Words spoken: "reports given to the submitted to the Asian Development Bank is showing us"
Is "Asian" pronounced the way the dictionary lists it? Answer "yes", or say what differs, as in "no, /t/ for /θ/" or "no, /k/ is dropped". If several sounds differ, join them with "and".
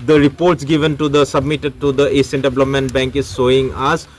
no, /s/ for /ʒ/